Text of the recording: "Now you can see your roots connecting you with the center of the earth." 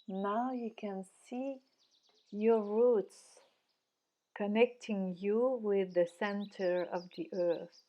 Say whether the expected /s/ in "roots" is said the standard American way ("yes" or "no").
yes